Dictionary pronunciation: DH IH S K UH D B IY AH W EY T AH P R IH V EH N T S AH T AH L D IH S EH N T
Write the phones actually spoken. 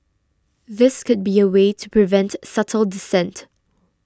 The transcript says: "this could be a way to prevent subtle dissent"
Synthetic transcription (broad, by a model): DH IH S K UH D B IY AH W EY T AH P R IH V EH N T S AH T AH L D IH S EH N T